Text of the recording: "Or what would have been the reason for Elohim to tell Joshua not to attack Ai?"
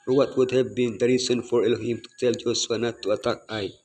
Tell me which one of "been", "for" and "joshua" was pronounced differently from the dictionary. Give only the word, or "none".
joshua